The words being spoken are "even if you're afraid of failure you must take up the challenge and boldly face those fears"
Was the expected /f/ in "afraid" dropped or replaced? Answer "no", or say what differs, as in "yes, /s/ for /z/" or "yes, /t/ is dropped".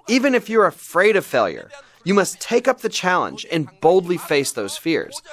no